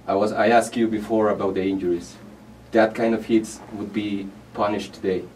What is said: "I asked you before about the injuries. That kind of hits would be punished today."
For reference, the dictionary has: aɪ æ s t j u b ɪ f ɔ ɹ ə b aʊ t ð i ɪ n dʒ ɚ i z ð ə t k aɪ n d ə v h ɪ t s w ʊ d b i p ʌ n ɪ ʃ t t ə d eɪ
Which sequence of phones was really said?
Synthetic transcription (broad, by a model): aɪ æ s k j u b ɪ f ɔ ɹ ə b aʊ t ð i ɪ n dʒ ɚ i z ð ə t k aɪ n d ə v h ɪ t s w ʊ d b i p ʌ n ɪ ʃ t t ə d eɪ